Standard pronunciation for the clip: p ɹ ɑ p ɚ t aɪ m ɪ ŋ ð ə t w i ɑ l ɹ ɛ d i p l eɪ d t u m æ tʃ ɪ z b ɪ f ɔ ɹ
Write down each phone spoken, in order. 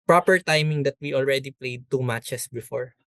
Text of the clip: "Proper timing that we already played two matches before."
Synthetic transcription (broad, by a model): p ɹ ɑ p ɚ t aɪ m ɪ ŋ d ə t w i ɑ l ɹ ɛ d i p l eɪ d t u m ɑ tʃ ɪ s b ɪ f ɔ ɹ